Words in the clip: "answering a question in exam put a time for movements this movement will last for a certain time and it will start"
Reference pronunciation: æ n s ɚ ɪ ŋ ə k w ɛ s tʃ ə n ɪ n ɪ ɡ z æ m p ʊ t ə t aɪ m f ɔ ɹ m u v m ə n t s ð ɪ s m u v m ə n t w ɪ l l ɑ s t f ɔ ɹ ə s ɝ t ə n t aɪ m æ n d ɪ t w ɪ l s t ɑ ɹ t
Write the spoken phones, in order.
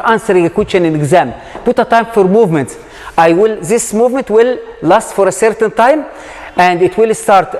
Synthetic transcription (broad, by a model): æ n s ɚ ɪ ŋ ə k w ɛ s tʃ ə n ɪ n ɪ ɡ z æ m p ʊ t ə t aɪ m f ɔ ɹ m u v m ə n t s ð ɪ s m u v m ə n t w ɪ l l ɑ s t f ɔ ɹ ə s ɝ t ə n t aɪ m æ n d ɪ t w ɪ l s t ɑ ɹ t